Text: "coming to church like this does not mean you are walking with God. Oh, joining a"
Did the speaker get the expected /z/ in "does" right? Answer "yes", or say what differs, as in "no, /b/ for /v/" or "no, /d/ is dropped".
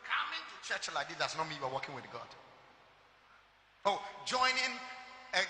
no, /s/ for /z/